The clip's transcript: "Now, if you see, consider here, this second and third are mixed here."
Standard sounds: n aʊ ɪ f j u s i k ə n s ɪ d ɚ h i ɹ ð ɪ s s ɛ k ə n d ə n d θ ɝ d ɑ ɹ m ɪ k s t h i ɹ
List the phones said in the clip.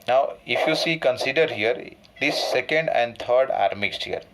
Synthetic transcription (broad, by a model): n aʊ ɪ f j u s i k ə n s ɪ d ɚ h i ɹ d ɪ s s ɛ k ə n d ə n d t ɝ d ɑ ɹ m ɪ k s t h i ɹ